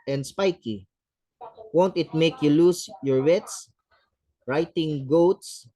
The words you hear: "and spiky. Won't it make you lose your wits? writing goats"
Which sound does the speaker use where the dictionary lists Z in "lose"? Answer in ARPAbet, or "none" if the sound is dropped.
S